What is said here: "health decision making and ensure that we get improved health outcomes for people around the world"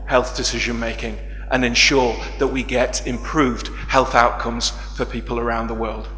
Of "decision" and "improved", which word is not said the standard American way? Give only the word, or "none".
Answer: none